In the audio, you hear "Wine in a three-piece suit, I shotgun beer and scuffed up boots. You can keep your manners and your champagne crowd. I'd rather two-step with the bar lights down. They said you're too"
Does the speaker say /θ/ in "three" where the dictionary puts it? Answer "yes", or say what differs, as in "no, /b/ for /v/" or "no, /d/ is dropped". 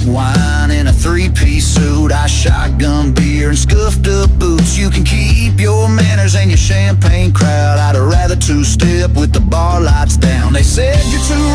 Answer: yes